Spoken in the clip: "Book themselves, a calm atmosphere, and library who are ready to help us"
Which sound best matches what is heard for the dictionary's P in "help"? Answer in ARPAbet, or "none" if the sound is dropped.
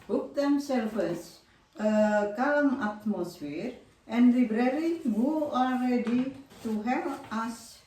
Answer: none